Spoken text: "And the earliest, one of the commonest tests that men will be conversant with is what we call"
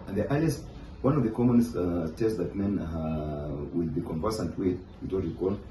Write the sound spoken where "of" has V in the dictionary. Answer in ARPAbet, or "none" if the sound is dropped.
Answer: V